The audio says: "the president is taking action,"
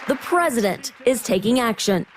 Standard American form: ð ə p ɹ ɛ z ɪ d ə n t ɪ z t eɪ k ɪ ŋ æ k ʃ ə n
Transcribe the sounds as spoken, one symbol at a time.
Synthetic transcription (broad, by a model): ð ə p ɹ ɛ z ɪ d ə n t ɪ z t eɪ k ɪ ŋ æ k ʃ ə n